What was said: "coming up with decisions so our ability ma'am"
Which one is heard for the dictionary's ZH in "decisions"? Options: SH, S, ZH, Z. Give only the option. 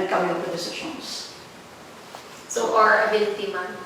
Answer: SH